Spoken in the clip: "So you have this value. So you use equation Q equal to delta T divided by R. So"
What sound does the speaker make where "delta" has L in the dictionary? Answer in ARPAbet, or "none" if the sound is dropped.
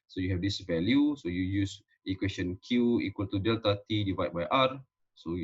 L